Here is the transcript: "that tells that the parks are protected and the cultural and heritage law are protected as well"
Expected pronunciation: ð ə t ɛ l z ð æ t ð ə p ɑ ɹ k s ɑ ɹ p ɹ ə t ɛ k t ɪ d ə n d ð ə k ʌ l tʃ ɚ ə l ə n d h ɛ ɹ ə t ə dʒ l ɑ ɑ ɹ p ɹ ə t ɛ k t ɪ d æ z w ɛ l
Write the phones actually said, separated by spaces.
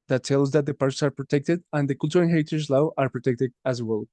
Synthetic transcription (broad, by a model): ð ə t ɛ l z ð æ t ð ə p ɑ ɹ s ɑ ɹ p ɹ ə t ɛ k t ɪ d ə n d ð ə k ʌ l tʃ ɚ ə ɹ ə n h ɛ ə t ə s l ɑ ɑ ɹ p ɹ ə t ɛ k t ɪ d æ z w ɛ l